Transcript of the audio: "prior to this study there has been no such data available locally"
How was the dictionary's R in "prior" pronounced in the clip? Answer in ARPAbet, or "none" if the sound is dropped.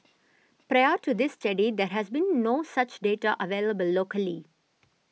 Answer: R